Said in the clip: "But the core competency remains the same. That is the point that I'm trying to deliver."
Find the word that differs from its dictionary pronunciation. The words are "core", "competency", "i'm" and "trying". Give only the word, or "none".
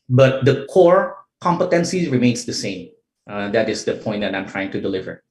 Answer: none